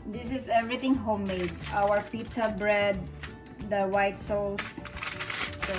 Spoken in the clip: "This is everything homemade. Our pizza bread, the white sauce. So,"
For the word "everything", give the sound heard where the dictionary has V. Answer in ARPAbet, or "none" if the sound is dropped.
none